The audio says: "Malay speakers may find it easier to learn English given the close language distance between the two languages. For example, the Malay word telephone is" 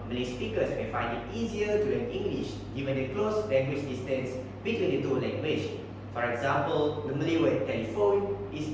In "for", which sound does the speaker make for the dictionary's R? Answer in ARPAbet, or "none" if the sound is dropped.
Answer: R